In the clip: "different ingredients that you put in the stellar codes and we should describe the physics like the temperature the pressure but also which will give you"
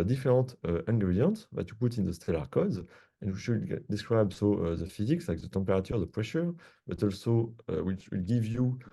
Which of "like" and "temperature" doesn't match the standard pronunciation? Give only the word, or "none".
temperature